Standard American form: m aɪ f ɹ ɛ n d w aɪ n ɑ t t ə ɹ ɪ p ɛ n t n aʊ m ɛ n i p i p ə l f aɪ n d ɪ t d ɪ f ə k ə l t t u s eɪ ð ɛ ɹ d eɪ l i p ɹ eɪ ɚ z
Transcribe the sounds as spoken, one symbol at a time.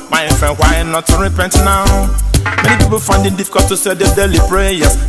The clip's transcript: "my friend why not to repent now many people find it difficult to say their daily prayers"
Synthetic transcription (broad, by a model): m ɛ f ɛ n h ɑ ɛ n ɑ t t ə ɹ ɪ p ɛ n t n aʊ m ɛ n i p i p ə l f aɪ n d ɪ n d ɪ f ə k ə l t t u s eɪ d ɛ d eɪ l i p ɹ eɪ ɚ